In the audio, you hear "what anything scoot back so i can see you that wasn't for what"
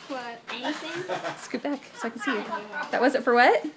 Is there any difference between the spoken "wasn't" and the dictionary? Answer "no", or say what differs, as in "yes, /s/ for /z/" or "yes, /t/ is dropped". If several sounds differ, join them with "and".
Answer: yes, /n/ is dropped